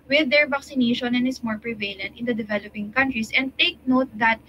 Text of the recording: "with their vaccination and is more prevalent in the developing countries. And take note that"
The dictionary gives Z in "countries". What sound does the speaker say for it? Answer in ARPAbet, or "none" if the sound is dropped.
S